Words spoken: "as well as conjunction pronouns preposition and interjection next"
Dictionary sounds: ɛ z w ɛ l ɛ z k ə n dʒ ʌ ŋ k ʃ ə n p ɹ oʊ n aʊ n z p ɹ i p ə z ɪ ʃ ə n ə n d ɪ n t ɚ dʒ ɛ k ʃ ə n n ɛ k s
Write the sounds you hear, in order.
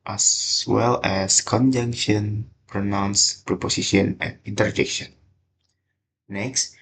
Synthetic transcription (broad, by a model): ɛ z w ɛ l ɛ s k ə n dʒ ʌ ŋ k ʃ ə n p ɹ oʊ n aʊ n s p ɹ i p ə s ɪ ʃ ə n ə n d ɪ n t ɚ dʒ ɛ k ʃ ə n n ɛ k s